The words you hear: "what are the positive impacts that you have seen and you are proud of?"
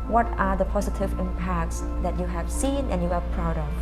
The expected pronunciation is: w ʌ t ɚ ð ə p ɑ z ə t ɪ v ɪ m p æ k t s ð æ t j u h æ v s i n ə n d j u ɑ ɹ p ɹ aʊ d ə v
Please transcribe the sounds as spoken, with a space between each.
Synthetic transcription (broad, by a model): w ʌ t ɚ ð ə p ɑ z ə t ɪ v ɪ m p æ k t s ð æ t j u h æ v s i n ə n j u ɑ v p ɹ aʊ d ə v